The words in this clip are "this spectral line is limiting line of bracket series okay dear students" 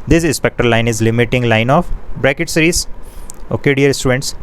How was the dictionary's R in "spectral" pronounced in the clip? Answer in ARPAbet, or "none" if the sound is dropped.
none